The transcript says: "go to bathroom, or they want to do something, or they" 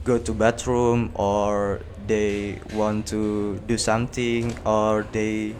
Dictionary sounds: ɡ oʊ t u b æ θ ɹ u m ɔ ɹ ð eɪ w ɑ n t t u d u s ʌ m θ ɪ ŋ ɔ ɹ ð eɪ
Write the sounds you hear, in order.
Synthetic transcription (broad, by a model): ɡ oʊ t u b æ t ɹ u m ɔ ɹ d eɪ w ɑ n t t u d u s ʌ m t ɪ ŋ ɔ ɹ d eɪ